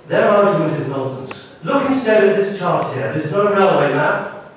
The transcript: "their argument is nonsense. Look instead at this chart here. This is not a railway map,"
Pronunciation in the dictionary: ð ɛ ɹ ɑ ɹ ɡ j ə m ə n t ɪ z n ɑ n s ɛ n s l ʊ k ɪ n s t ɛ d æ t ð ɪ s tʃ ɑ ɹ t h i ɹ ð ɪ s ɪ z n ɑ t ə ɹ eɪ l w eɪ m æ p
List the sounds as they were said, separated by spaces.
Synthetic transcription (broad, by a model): ð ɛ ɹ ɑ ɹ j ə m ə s ɪ z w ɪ l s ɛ n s l ʊ k ɪ n s t ɛ d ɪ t ð ɪ s tʃ ɑ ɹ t h i ɹ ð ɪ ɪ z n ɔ ə ɹ eɪ l w eɪ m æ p